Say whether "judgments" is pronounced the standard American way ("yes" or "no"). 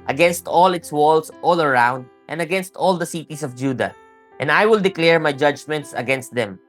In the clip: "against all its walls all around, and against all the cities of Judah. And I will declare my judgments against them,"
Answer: yes